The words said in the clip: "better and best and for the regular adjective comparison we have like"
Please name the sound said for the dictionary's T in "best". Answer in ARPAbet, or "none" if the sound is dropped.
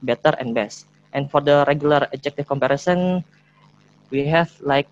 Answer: T